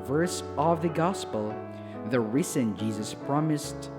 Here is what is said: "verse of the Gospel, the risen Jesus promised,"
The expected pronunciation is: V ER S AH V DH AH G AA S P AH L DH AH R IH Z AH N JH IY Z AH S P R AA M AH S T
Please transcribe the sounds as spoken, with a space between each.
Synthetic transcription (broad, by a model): V ER S AH V DH AH G AA S P AH L DH AH R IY S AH N JH IY Z AH S P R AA M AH S T